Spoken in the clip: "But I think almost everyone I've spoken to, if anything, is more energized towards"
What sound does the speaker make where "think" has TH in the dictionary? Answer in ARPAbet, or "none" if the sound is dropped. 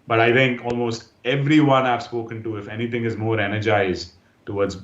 T